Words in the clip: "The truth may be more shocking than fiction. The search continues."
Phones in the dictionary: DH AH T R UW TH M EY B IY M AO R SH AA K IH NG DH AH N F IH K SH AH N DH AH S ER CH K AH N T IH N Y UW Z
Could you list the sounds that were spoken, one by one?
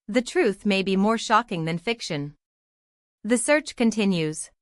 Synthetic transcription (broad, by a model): DH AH T R UW TH M EY B IY M AO R SH AA K IH NG DH AH N F IH K SH AH N DH AH S ER CH K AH N T IH N Y UW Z